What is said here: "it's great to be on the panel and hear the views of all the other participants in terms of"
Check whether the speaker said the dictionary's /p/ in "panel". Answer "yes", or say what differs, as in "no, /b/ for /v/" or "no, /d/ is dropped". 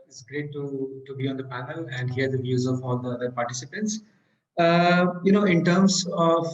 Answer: yes